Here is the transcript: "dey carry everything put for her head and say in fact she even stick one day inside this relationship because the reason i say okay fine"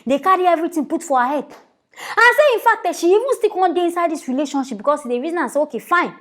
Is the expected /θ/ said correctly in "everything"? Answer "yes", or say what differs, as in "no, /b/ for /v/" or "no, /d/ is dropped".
no, /t/ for /θ/